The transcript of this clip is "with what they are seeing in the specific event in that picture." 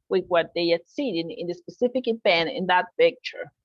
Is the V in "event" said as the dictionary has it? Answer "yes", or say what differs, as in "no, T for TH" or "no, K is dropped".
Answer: no, B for V